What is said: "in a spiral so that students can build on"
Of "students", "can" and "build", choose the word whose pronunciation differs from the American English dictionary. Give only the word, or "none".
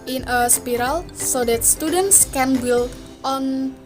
build